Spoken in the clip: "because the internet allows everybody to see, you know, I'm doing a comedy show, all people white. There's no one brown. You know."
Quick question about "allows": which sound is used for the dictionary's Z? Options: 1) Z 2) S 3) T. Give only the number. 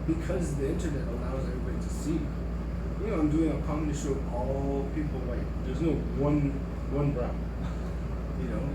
1